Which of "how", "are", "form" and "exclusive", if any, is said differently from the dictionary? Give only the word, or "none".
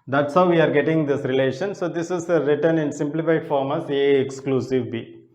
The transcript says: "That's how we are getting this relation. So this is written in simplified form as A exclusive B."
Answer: none